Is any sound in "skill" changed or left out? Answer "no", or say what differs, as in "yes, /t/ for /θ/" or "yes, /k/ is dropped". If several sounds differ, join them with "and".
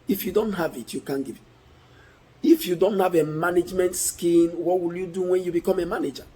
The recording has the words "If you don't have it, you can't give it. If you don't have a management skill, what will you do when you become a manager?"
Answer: yes, /n/ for /l/